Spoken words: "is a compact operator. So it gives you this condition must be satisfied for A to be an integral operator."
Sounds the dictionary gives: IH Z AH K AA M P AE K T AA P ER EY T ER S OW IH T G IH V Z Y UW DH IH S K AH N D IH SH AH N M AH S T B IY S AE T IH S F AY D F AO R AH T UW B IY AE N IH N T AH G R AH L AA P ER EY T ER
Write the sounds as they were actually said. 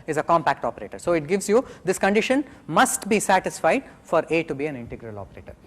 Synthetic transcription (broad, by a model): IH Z AH K AA M P AE K T AA P ER EY T ER S OW IH T G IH V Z Y UW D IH S K AH N D IH SH AH N M AH S T B IY S AE T IH S F AY D F AO R AH T UW B IY AE N IH N T AH G R AH L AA P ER EY T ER